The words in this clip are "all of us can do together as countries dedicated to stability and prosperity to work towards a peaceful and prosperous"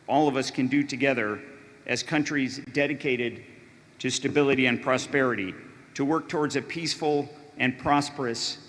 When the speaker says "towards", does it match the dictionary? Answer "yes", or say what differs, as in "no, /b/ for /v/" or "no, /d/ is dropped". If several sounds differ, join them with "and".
yes